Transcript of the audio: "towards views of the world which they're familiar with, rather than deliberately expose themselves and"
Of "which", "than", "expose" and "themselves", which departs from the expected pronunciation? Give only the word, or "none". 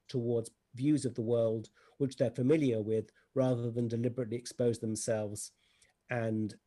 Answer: none